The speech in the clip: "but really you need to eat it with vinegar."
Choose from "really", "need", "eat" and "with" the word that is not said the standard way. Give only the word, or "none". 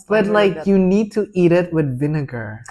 really